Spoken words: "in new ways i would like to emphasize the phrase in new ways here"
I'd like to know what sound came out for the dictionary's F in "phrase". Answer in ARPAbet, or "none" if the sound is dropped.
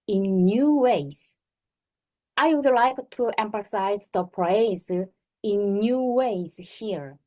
P